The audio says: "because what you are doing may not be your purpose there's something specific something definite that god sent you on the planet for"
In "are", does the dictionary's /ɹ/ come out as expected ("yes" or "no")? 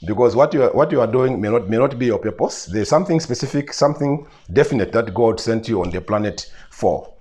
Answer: yes